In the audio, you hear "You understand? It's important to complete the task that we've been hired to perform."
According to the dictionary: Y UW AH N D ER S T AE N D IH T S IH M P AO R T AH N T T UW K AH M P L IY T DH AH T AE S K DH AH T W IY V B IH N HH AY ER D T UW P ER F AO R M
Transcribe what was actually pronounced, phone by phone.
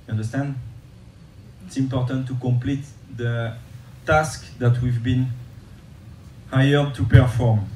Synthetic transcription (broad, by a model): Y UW AH N D ER S T AE N D IH T S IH M P AO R T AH N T T UW K AH M P L IY T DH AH T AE S K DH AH T W IY V B IH N HH AY ER D T UW P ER F AO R M